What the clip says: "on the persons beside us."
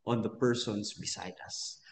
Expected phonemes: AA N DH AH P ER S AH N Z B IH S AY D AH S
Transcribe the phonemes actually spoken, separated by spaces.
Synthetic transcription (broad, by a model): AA N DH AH P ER S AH N S B IH S AY D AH S